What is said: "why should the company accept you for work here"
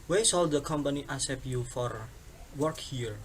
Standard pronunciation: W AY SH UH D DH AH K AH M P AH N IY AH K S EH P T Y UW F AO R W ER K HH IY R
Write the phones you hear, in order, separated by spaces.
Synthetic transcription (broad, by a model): W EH S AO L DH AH K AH M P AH N IY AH S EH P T Y UW F AO R W ER K HH IY R